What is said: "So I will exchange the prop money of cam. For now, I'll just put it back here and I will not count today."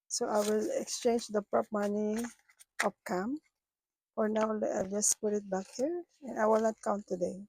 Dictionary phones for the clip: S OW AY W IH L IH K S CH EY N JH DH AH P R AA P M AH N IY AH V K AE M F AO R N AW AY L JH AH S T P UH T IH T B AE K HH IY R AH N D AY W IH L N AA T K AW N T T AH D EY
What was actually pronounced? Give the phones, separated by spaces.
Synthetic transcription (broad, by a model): S OW AY W IH L IH K S CH EY N JH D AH P R AA P M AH N IY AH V K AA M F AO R N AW AY L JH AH S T P UH T IH T B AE K HH IY R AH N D AY W IH L N AA T K AW N T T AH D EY